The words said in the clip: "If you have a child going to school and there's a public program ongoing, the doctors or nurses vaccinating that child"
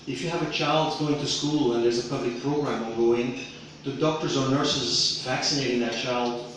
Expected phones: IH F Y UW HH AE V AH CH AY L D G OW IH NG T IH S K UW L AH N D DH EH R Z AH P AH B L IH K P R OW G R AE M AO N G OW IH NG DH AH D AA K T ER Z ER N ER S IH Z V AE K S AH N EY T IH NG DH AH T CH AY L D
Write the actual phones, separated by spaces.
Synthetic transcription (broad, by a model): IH F Y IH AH V AH CH AY L D G OW IH NG T IH S K UW L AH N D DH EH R Z AH P AH B L IH K P R OW G R AE M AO G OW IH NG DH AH D AA K T ER Z ER N ER S IH Z V AE K S AH N EY T IH NG DH AH T CH AY L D